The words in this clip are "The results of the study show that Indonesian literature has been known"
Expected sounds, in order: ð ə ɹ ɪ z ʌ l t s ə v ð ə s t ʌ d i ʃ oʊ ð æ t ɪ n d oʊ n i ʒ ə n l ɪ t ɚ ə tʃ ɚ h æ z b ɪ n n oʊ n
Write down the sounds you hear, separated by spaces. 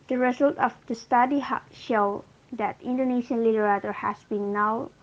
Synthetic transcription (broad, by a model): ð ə ɹ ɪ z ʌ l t ə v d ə s t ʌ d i ʃ oʊ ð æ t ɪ n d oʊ n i ʃ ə n l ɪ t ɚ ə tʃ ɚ h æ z b ɪ n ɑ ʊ